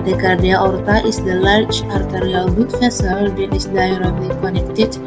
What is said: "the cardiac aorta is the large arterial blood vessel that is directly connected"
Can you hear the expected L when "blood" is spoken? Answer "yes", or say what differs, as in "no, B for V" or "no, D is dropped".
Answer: no, L is dropped